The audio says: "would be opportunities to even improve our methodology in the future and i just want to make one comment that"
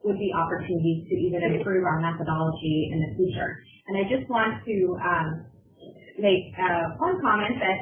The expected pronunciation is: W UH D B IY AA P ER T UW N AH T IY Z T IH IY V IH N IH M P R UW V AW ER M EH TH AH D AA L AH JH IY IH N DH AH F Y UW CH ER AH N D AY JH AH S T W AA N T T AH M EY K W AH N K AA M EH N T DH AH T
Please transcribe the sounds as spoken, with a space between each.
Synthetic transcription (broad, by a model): W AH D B IY AA P ER T UW N AH T IY Z T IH IY V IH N IH M P R UW V AW ER M EH TH AH D AA L AH JH IY IH N DH AH F Y UW CH ER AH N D AY JH AH S T W AA N T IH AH M EY K W AH N K AA M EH N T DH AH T